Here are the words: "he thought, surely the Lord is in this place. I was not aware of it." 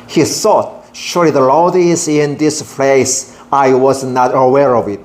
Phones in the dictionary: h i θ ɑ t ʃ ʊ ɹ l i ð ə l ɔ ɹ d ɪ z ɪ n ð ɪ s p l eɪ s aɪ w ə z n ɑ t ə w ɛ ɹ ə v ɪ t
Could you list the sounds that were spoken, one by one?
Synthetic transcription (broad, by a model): h i θ ɑ t ʃ ʊ ɹ l i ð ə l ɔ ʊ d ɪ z ɪ n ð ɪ s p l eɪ s aɪ w ə z n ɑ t ə w ɛ ɹ ə v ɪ t